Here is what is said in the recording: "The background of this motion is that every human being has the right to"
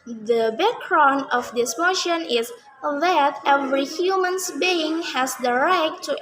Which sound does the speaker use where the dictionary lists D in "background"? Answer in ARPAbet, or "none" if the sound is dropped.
none